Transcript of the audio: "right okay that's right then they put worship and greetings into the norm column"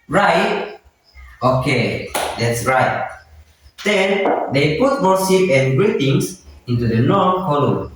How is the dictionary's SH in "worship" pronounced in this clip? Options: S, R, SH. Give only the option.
S